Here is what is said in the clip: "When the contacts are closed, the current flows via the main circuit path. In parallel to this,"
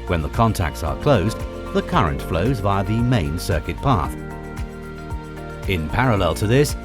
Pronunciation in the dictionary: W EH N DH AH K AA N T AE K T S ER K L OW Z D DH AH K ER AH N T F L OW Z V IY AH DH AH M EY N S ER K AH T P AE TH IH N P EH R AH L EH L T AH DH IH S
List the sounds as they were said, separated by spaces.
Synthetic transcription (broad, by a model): W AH N DH AH K AA N T AE K T S ER K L OW Z DH AH K ER AH N T F L OW Z B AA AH DH AH M EY N S ER K AH T P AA TH IH N P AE R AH L EH L T AH DH IH S